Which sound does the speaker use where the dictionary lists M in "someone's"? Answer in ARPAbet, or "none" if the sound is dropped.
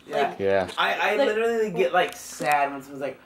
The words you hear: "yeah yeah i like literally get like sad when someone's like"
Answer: none